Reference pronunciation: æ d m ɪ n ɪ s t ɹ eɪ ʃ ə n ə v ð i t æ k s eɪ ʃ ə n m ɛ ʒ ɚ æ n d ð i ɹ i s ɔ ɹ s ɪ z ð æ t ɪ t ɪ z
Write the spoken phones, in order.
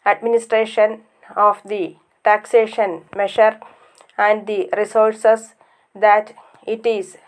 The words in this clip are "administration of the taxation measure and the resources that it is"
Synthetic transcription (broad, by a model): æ d m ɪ n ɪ s t ɹ eɪ ʃ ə n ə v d i t æ k s eɪ ʃ ə n m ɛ ʃ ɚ æ n d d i ɹ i s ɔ ɹ s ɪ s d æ t ɪ t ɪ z